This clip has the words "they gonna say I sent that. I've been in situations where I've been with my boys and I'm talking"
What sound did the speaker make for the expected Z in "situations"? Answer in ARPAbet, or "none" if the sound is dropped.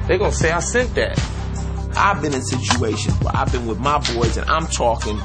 none